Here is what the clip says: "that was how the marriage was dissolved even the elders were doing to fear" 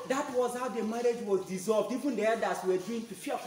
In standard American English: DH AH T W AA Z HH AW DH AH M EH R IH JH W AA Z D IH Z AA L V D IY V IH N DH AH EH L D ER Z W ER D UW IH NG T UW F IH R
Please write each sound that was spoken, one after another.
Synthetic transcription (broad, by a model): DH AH T W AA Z HH AW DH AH M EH R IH JH W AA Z D IH Z AA L V D IY V IH N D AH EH D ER S W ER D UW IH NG T UW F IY